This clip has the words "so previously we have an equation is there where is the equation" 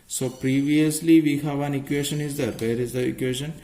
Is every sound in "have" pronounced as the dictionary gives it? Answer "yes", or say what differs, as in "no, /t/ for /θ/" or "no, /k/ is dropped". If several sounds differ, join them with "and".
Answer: yes